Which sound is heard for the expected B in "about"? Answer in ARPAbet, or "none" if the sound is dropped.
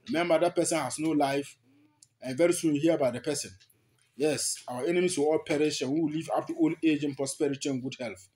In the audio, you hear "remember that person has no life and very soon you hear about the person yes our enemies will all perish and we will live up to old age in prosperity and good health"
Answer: none